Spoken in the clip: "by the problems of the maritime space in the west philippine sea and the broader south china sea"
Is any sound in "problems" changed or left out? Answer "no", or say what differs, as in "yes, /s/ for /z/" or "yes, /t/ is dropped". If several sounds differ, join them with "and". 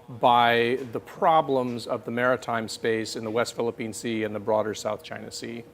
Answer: no